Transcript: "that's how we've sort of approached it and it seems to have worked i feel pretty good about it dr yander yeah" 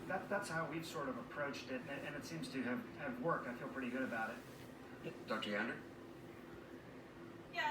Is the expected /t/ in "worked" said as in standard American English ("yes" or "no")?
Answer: yes